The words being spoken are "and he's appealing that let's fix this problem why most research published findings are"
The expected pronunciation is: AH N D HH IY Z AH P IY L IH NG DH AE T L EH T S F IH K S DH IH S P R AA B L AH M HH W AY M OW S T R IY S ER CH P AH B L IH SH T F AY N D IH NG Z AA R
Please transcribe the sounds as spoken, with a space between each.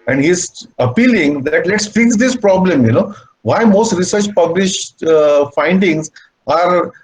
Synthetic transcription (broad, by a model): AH N D HH IY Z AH P IY L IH NG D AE T L EH T S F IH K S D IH S P R AA B L AH M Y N AY M OW S T R IY S ER CH P AH B L IH SH T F AY N D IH NG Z AA R